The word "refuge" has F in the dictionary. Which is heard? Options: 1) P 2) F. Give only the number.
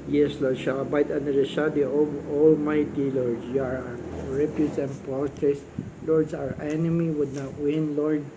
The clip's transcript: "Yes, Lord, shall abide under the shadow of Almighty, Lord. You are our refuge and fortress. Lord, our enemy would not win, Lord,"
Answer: 1